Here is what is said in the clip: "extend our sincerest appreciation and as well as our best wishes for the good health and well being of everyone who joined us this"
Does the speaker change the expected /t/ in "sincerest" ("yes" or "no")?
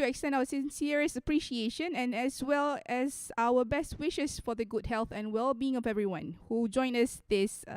yes